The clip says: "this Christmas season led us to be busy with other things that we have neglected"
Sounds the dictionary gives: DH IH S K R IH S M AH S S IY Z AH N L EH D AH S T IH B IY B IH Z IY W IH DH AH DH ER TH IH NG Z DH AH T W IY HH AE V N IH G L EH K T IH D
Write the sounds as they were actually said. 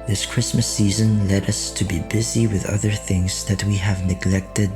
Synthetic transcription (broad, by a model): DH IH S K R IH S M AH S S IY Z AH N L EH D AH S T IH B IY B IH Z IY W IH DH AH DH ER TH IH NG Z DH AH T W IY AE V N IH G L EH K T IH D